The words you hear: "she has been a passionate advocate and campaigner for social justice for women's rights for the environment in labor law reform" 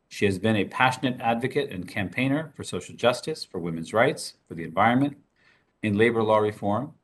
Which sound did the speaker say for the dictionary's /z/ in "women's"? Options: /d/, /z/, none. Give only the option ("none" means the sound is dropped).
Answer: /z/